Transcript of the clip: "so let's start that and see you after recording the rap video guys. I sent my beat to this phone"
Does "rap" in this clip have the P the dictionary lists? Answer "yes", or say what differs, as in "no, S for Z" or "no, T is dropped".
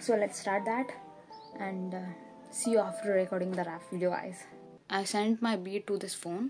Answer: no, F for P